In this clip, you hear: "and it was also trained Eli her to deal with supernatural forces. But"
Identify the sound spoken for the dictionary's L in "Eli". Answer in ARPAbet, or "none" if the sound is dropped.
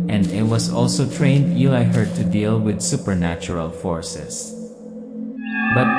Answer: none